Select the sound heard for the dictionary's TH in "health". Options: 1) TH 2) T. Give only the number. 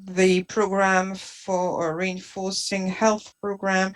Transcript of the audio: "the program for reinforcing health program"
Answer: 1